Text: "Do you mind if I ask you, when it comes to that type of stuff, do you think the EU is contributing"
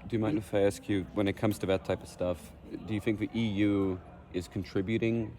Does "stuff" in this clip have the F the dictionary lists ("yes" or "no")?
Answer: yes